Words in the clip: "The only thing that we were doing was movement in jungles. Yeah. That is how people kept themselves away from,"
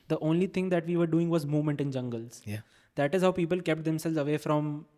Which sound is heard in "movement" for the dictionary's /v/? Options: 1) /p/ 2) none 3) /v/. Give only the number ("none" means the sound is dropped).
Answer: 3